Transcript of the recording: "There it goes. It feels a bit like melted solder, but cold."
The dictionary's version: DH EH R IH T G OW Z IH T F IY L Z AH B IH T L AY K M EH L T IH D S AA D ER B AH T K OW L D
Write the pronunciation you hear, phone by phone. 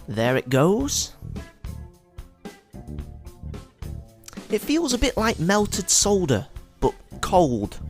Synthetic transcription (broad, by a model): DH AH R IH T G OW Z IH T F IY L Z AH B IH T L AY K M EH L T IH D S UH D ER B AH T K OW L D